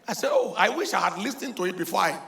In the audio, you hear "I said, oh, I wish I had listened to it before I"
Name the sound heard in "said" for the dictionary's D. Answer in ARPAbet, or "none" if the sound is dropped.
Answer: none